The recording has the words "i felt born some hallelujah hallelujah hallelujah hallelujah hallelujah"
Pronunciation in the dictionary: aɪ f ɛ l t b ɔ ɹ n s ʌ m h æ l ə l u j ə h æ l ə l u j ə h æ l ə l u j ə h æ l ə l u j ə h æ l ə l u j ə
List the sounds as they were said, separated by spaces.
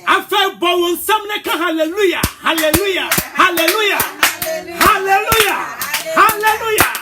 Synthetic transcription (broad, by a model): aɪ f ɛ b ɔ w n s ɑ m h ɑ l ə l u j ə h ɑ l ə l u j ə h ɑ l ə l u j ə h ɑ l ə l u j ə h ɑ l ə l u j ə